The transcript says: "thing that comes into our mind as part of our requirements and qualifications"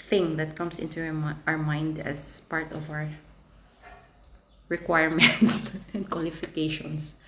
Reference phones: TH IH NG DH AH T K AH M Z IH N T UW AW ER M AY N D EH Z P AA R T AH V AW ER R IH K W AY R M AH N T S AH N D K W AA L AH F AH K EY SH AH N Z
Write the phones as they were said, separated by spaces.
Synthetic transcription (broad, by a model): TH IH NG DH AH T K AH M S IH N T UW AW ER M AY N D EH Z P AA R T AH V AW ER R IH K W AY R M AH N T S AH N D K W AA L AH F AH K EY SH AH N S